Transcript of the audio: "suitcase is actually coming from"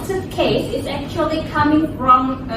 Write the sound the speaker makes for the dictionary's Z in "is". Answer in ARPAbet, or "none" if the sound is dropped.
Z